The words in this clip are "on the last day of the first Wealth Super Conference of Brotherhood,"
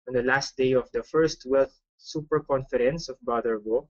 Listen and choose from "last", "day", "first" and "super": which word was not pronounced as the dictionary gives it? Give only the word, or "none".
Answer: none